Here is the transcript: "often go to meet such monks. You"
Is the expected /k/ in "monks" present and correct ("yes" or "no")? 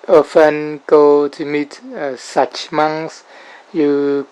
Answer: no